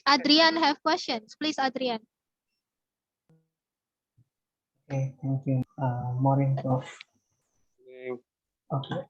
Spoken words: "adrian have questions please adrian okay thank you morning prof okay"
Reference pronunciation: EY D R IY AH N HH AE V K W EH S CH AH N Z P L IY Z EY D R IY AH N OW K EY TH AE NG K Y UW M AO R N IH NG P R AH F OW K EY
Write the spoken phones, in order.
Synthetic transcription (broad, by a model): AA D R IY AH N HH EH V K W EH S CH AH N S P L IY S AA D R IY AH N OW K EY T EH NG K Y UW M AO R IH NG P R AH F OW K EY